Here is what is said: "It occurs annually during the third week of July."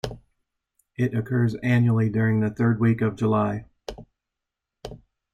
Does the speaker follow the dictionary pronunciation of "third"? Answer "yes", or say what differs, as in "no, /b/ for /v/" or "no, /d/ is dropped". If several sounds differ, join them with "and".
yes